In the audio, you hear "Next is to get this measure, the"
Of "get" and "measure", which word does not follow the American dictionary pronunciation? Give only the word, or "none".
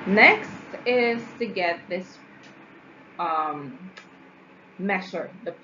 measure